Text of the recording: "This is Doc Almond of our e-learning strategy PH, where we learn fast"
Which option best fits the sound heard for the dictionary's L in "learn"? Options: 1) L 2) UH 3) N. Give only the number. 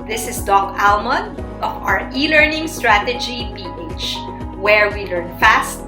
1